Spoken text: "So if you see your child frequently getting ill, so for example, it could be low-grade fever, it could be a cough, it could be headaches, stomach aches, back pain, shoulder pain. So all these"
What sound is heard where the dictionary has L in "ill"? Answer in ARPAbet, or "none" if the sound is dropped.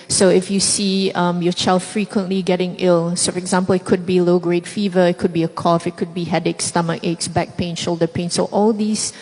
L